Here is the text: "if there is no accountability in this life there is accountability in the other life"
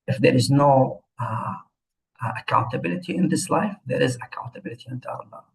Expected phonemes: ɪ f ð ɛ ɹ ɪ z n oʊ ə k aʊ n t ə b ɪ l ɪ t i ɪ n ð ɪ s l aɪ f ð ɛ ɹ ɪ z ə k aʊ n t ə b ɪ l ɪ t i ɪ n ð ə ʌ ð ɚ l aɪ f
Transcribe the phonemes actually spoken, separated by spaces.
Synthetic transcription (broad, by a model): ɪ f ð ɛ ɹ ɪ z n oʊ ə k aʊ n t ə b ɪ l ɪ t i ɪ n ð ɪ s l aɪ f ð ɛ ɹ ɪ z ə k aʊ n t ə b ɪ l ɪ t i ɪ n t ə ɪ ɚ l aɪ